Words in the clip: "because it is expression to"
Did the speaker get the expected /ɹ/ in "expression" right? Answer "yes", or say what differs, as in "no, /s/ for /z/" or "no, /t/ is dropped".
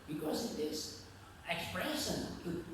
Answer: yes